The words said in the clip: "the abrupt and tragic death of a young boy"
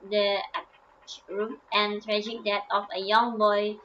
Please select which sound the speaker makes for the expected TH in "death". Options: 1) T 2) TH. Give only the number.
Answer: 1